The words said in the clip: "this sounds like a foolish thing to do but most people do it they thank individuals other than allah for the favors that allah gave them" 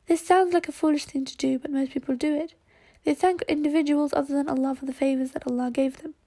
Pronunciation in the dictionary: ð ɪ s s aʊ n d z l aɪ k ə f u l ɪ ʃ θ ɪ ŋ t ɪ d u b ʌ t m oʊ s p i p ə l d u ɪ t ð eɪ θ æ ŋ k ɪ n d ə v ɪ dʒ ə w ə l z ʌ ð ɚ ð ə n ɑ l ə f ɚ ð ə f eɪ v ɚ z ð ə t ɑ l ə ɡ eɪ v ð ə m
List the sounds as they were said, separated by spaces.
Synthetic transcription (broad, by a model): ð ɪ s s aʊ n d z l aɪ k ə f u l ɪ ʃ θ ɪ ŋ t ɪ d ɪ b ʌ t m oʊ s p i p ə l d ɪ ɪ t ð eɪ θ æ ŋ k ɪ n d ə v ɪ dʒ ə w ə l z ʌ ð ɚ ð ə n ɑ l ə f ɚ ð ə f eɪ v ɚ z ð ə t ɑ l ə ɡ eɪ v ð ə m